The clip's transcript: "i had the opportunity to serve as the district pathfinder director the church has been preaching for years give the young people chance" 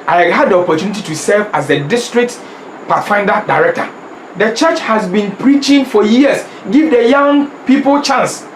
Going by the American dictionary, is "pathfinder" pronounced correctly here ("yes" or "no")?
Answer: no